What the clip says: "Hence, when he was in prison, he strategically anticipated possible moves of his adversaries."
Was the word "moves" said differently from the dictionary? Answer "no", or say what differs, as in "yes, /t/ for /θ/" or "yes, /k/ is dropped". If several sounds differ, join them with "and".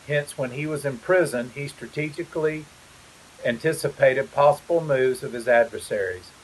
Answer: no